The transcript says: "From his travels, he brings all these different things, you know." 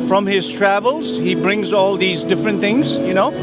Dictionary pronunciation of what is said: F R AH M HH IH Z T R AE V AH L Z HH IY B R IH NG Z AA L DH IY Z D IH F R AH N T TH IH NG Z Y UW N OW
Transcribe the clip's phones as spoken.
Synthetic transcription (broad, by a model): F R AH M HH IH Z T R AE V AH L Z HH IY B R IH NG Z AA L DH IY Z D IH F R AH N T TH IH NG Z Y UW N OW